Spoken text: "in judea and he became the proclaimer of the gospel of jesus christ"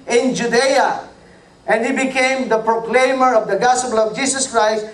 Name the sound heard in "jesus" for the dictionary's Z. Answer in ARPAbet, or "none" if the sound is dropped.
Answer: S